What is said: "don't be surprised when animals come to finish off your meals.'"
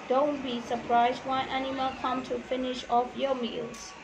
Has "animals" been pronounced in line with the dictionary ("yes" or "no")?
no